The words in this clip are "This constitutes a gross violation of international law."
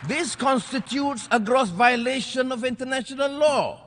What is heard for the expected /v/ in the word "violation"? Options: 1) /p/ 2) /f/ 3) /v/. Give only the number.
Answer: 3